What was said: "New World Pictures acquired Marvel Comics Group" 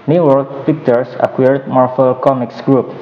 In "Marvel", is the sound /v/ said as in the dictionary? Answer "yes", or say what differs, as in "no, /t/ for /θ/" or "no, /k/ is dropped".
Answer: no, /f/ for /v/